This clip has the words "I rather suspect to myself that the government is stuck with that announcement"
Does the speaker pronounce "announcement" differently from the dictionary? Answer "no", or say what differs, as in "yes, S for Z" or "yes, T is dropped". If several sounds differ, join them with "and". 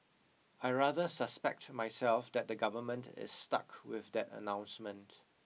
no